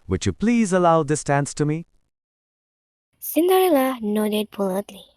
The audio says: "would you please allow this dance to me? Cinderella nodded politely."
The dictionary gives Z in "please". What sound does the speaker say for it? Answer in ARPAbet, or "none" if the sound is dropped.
Z